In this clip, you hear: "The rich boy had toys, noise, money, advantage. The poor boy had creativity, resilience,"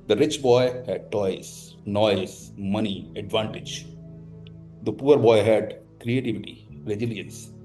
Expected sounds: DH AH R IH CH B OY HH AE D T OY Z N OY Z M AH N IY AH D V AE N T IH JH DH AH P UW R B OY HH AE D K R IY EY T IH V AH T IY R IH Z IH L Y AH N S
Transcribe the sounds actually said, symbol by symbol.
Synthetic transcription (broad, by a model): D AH R IH CH B OY HH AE D T OY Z N OY Z M AH N IY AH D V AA N T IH JH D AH P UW R B OY HH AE D K R IY EY T IH V AH T IY R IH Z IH L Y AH N S